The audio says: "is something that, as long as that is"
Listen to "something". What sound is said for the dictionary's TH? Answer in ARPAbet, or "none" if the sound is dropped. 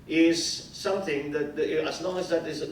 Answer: TH